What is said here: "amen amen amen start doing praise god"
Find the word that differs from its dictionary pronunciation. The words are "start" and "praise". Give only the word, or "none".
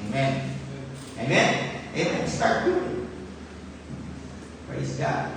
none